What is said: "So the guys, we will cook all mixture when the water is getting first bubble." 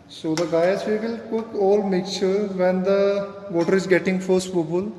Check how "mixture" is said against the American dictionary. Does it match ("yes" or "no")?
no